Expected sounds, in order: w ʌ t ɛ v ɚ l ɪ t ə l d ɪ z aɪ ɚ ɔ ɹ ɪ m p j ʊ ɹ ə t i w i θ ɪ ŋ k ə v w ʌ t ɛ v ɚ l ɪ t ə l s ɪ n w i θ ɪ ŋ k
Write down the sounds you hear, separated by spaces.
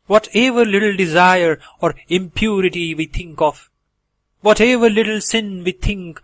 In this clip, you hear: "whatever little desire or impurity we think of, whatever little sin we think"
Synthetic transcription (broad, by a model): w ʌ t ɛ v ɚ l ɪ t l d ɪ z aɪ ɚ ɔ ɹ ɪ m p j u ɹ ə t i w i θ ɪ ŋ k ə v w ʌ t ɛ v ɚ l ɪ t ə l s ɪ n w i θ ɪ ŋ k